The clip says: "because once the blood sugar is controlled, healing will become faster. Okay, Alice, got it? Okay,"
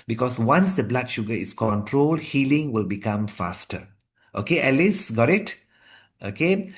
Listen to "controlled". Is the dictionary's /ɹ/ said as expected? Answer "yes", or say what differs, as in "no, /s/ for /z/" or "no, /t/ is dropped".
yes